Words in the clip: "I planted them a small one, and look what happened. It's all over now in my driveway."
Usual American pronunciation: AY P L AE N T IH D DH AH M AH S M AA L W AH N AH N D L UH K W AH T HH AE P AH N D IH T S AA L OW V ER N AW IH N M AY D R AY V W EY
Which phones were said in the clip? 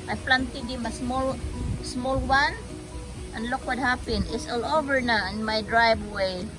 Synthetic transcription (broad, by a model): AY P L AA N T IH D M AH M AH S M AA L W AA N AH N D L UH K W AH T HH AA P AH N IH T S AA L OW V ER N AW IH N M AY D R AY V W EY